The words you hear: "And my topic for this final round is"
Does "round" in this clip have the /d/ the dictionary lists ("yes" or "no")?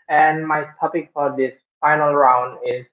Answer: yes